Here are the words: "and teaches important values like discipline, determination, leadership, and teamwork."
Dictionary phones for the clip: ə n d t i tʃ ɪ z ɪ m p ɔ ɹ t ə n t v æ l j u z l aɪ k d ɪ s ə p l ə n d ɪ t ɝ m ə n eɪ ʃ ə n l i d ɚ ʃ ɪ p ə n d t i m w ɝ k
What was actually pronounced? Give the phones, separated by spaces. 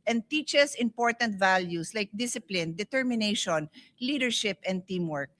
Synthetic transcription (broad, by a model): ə n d t i tʃ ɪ s ɪ m p ɔ ɹ t ə n t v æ l j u s l aɪ k d ɪ s ə p l ə n d ɪ t ɝ m ə n eɪ ʃ ə n l i d ɚ ʃ ɪ p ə n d t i m w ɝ k